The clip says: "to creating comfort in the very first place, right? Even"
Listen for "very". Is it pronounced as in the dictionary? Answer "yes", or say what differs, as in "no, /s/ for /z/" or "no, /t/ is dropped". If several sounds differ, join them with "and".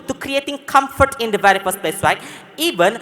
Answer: yes